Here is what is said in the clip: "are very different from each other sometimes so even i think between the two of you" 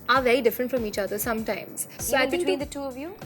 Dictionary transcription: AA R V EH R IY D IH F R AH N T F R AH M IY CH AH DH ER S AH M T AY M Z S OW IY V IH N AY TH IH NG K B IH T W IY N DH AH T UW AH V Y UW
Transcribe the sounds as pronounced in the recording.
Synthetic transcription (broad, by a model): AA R V EH R IY D IH F R AH N T F R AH M IY CH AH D ER S AH M T AY M Z S OW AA IH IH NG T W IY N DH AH T UW AH V Y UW